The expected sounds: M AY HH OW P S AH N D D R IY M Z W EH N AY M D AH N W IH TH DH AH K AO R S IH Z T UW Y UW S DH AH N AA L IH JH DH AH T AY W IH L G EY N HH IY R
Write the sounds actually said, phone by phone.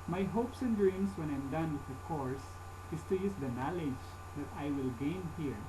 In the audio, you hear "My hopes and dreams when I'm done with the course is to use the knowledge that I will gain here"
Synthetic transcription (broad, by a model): M AY HH OW P S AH N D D R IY M S W EH N AY M D AH N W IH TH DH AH K AO R S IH S T UW Y UW S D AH N AA L IH JH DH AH T AY W IH L G EY N HH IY R